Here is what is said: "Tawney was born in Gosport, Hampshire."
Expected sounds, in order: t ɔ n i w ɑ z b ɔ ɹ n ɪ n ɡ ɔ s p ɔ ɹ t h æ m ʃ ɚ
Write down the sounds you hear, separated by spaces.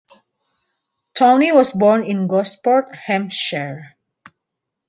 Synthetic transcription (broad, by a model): t ɔ n i w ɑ s b ɔ ɹ n ɪ n ɡ ɔ s p ɔ ɹ t h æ m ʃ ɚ